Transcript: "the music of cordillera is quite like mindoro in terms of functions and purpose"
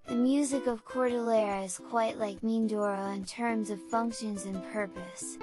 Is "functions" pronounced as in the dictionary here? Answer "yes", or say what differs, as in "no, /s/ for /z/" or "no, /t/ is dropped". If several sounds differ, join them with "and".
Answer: yes